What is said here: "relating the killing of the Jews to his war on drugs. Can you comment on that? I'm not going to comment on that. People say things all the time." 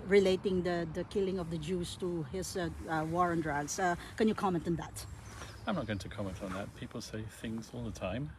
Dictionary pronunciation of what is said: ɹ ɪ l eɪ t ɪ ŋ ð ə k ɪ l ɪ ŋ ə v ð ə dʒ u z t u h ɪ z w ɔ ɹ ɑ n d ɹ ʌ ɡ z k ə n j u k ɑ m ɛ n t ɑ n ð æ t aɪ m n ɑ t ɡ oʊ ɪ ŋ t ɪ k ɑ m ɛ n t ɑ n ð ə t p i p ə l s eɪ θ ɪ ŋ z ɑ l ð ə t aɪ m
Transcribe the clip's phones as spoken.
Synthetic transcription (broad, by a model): ɹ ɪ l eɪ t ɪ ŋ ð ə k ɪ l ɪ ŋ ə v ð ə dʒ u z t u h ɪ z w ɔ ɹ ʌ n d ɹ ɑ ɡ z k ə n j u k ɑ m ɛ n t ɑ n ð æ t aɪ m n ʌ t ɡ oʊ ɪ ŋ t ɪ k ɑ m ɛ n t n ð ə t p i p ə l s eɪ θ ɪ ŋ z ɑ l ð ə t aɪ m